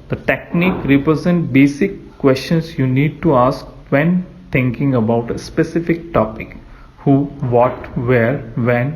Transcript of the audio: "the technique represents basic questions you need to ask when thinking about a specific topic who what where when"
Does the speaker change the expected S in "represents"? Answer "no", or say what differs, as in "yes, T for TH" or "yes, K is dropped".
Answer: yes, S is dropped